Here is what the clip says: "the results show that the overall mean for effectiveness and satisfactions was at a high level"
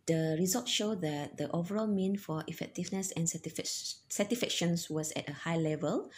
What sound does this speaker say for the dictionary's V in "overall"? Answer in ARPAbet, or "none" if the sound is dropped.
V